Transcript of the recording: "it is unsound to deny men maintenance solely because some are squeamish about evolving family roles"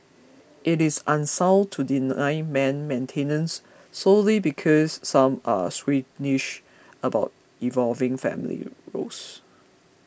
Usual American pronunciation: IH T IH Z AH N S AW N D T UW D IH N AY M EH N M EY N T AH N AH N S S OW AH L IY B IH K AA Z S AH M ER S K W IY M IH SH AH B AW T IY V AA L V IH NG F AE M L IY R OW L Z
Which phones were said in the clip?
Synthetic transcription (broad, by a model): IH T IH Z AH N S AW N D T UW D IH N AY M EH N M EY N T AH N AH N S S OW L IY B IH K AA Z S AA M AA S W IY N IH SH AH B AW T IY V AA L V IH NG F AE M L IY R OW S